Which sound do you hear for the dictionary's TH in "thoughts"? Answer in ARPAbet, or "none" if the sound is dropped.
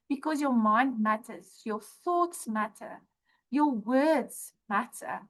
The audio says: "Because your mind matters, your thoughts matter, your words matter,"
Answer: TH